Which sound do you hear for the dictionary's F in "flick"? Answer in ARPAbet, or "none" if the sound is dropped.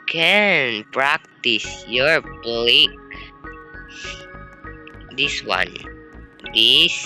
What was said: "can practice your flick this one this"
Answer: P